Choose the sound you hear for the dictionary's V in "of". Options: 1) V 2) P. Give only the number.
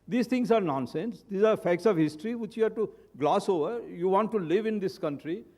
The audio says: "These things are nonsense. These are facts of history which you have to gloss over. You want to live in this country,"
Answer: 1